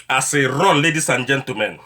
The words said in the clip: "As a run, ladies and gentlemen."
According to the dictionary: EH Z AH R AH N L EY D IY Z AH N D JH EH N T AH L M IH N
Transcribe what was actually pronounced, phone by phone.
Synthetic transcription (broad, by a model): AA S AH R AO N L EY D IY S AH N JH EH N T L M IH N